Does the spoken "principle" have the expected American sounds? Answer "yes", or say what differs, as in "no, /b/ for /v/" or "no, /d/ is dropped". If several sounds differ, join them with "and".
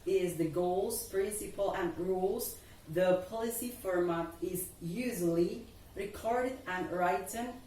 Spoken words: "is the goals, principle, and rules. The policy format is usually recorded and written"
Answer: yes